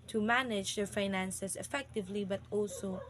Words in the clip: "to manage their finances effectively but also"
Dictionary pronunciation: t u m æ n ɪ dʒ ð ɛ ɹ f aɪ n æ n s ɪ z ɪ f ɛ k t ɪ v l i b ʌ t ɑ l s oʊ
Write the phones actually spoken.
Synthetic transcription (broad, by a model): t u m æ n ɪ dʒ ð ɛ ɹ f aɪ n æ n s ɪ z ɪ f ɛ k t ɪ v l i b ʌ t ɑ l s oʊ